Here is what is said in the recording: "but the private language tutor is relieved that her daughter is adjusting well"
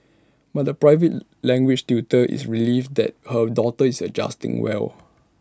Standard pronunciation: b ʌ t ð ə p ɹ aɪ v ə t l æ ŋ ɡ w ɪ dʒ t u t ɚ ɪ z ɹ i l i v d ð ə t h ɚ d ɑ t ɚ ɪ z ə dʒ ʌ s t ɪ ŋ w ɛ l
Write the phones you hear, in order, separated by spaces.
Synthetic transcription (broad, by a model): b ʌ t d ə p ɹ aɪ v ə t l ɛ ŋ ɡ w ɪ tʃ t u t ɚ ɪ s ɹ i l i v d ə t h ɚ d ɑ t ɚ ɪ s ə dʒ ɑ s t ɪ ŋ w ɛ l